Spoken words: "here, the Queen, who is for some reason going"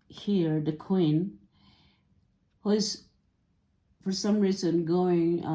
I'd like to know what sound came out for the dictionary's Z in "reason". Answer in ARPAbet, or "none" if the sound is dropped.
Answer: Z